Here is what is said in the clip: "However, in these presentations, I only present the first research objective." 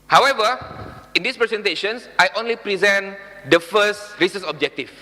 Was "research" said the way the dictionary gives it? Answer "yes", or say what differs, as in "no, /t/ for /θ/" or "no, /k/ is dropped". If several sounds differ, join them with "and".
no, /s/ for /tʃ/